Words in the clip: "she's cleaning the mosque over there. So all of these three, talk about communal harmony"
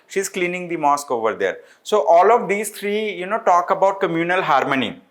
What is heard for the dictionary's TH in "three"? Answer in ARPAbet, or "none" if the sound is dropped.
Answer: T